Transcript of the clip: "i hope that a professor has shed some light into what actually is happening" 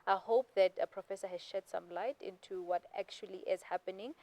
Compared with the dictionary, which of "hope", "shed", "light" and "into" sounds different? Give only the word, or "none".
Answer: none